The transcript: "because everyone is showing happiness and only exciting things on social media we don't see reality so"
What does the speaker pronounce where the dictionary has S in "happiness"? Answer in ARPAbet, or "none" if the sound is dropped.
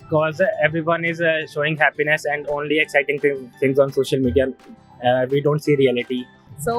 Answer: S